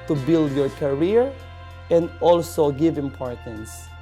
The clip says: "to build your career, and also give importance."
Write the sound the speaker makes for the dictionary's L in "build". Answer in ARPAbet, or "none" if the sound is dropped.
L